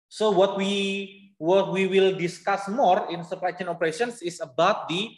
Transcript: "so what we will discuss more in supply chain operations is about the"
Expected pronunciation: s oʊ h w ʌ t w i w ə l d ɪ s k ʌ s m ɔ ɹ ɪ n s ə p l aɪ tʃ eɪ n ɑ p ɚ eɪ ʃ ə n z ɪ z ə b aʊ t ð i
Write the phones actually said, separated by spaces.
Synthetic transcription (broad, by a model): s oʊ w w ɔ t w i w ə l d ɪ s k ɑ s m ɔ ɹ ɪ n s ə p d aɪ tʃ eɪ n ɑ p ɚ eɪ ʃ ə n s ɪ s ə b aʊ t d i